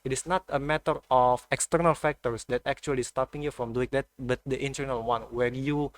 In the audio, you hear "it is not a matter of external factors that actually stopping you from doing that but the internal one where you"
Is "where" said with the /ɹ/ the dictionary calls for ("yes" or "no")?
yes